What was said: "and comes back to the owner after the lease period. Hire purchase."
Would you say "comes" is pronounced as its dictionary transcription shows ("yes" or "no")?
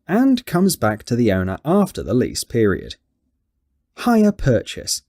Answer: yes